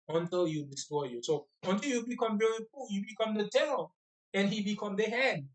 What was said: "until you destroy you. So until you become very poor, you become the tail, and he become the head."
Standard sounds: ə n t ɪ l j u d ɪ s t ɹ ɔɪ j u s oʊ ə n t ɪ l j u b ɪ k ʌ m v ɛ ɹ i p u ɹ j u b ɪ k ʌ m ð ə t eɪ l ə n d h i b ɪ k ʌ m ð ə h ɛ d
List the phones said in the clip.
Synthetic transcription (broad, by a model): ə n t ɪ l j u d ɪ s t ɔɪ j u s oʊ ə n t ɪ l j u b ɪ k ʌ m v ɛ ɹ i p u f j u b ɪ k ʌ m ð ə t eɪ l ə n h i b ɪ k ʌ m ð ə h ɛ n